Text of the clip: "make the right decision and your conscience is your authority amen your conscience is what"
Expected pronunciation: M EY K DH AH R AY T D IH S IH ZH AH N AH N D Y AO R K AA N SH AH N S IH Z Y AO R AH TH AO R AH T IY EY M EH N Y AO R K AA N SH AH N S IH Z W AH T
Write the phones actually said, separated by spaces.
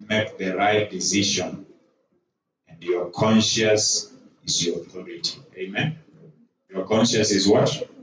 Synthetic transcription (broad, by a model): M EY K DH AH R AY T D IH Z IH SH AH N AH N D Y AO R K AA N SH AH S IH Z Y AO R AH TH AO R AH T IY EY M EH N Y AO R K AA N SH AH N S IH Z W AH T